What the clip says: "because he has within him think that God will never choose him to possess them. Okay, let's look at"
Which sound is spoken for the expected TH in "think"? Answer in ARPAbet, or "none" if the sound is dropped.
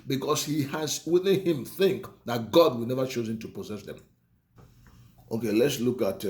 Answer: TH